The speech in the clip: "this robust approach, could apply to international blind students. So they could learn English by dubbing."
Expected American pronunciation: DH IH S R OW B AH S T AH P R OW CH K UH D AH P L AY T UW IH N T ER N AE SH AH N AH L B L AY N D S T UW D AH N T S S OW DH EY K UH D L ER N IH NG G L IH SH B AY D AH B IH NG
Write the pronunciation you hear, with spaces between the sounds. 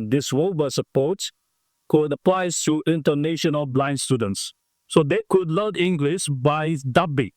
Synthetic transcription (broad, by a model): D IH S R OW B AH S AH P OW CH K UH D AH P L AY T UW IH N T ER N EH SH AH N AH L B L AY N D S T UW D AH N T S S OW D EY K UH D L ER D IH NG G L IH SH B AY D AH B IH